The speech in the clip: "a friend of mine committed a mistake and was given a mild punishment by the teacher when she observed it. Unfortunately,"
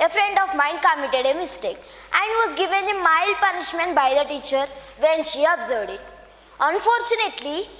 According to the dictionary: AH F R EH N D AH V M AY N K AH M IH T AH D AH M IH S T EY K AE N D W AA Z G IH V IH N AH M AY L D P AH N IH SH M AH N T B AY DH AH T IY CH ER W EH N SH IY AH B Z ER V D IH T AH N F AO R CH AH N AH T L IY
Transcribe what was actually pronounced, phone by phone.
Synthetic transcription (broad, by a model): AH F R EH N D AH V M AY N K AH M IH T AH D AH M IH S T EY K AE N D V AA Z G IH V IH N AH M AY L D P AH N IH SH M AH N T B AY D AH T IY CH ER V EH N SH IY AH B Z ER V D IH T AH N F AO R CH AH N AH T L IY